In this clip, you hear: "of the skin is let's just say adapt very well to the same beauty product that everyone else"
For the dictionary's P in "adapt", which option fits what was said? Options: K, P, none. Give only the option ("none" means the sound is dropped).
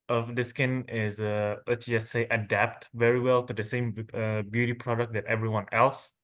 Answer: P